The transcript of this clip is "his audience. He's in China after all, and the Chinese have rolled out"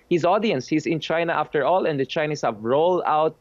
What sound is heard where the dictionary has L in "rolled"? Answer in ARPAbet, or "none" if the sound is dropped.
L